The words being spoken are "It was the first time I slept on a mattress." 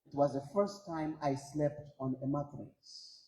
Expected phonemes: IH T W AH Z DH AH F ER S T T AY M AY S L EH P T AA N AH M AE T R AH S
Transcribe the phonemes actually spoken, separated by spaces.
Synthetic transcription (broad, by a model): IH T W AH Z DH AH F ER S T T AY M AY S L EH P T AA N AH M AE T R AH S